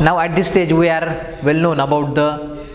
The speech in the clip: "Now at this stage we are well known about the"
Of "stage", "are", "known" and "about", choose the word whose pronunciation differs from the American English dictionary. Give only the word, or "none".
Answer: none